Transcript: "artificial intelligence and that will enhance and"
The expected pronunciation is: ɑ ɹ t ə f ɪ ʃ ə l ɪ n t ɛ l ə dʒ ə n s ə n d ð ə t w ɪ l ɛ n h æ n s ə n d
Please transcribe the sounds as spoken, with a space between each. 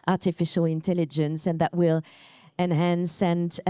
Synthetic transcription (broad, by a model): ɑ ɹ t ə f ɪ ʃ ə l ɪ n t ɛ l ə dʒ ə n s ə n ð ə t w ɪ l ɛ n h æ n s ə n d